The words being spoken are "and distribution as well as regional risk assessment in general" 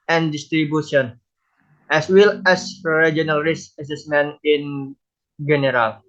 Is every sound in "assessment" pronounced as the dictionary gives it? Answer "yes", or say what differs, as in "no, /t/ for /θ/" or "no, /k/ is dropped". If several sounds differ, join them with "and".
no, /t/ is dropped